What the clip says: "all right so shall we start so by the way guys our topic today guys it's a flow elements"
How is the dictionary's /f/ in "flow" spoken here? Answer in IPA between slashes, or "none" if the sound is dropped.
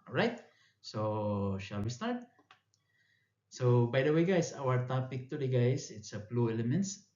/p/